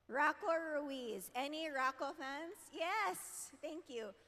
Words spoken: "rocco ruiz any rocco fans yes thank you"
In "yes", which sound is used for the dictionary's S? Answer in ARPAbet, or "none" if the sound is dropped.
S